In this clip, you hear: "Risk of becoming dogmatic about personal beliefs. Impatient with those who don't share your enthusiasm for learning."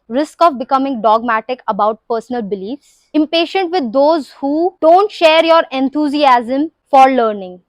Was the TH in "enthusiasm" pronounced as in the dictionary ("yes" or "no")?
no